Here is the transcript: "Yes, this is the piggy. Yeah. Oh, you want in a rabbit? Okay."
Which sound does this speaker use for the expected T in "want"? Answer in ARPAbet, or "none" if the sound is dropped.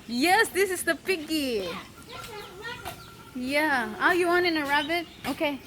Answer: none